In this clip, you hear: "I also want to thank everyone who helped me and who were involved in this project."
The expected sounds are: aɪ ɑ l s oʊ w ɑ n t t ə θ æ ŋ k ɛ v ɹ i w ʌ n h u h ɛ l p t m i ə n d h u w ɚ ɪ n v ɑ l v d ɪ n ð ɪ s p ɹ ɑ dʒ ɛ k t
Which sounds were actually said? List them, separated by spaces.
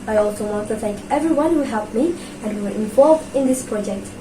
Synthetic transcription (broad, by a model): aɪ ɑ l s oʊ w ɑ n t t ə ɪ k ɛ v ɹ i w ʌ n h u h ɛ l p m i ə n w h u w ɚ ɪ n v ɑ l v d ɪ n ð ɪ s p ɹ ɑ dʒ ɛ k t